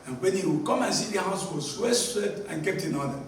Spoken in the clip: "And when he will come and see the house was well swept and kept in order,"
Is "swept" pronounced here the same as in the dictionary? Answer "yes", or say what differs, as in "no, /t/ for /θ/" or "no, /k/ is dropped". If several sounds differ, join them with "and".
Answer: no, /p/ is dropped